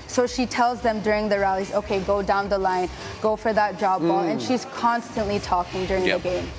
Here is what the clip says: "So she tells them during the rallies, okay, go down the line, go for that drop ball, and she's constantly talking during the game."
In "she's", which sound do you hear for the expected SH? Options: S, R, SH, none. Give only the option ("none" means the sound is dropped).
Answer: SH